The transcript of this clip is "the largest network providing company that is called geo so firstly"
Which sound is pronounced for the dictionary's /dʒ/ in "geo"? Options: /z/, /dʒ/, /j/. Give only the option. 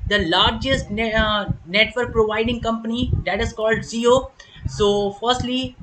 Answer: /z/